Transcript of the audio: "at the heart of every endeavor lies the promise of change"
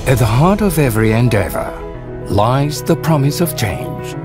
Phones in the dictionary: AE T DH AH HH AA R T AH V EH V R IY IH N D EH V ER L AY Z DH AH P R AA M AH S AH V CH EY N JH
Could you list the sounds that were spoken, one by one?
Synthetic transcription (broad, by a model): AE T DH AH HH AA R T AH V EH V R IY IH N D EH V ER L AY Z DH AH P R AA M AH S AH V CH EY N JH